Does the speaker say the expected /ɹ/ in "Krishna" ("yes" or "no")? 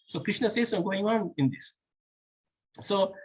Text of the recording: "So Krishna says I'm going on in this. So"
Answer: yes